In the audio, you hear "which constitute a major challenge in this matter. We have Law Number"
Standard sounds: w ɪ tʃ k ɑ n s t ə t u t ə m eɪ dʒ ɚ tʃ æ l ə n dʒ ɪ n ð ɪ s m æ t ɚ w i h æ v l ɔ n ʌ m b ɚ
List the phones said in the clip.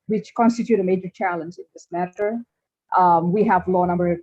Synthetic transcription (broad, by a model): w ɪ tʃ k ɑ n s t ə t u t ə m eɪ dʒ ɚ tʃ æ l ə n dʒ ɪ n ð ɪ s m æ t ɚ w i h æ v l ɔ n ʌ m b ɚ